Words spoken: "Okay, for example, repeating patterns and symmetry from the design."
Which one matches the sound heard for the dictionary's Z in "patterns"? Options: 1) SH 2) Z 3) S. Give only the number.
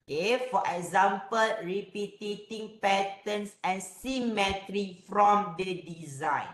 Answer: 3